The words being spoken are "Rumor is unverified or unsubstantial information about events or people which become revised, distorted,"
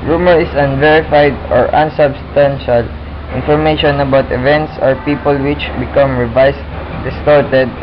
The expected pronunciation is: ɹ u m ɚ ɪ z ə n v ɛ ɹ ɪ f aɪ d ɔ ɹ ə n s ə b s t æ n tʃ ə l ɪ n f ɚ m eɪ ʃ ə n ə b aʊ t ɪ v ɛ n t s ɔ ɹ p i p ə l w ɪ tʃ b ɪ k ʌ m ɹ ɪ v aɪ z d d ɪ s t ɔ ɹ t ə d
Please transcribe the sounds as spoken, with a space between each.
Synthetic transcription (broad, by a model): ɹ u m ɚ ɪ s ə n v ɛ ɹ ɪ f aɪ d ɔ ɹ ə n s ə b s t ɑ n ʃ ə l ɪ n f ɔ m eɪ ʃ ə n ə b aʊ t ɪ v ɛ n t s ɔ ɹ p i p ə l w ɪ tʃ b ɪ k ʌ m ɹ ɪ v aɪ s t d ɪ s t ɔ ɹ t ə d